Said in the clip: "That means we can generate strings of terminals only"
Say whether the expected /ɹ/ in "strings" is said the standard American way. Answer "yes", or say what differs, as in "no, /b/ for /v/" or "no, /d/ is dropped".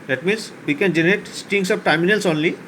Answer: no, /ɹ/ is dropped